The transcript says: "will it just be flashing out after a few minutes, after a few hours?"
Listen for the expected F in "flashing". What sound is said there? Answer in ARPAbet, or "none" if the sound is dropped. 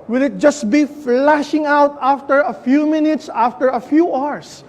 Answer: F